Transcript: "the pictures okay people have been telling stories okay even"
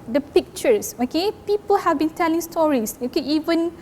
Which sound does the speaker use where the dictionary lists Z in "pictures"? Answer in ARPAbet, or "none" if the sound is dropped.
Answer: S